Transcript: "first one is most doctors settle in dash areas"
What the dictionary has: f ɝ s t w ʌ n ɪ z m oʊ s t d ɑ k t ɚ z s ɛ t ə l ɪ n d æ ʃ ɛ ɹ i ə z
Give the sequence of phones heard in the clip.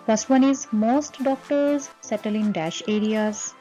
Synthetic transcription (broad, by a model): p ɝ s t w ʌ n ɪ z m oʊ s t d ɑ k t ɚ z s ɛ t ə l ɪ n d æ ʃ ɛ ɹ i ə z